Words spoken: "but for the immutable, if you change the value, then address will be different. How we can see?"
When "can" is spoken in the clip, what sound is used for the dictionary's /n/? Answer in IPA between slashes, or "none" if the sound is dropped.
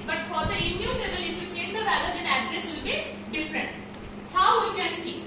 /l/